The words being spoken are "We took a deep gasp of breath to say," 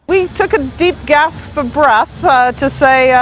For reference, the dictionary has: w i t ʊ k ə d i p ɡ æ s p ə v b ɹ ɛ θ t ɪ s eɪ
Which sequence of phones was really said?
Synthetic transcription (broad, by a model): w i t ʊ k ə d i p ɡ æ s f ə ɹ b ɹ ɛ θ t ɪ s eɪ